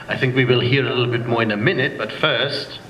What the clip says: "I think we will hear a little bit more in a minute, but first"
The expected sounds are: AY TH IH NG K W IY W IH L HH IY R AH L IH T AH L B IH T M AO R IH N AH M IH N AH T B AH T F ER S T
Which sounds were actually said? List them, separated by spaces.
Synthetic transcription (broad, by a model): AY TH IH NG K W IY W IH L HH IY R AH L IH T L B IH T M AO R IH N AH M IH N AH T B AH T F ER S T